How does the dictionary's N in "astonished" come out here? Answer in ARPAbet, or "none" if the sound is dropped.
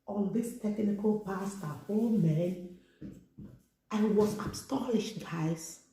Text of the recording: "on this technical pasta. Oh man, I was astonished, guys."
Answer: L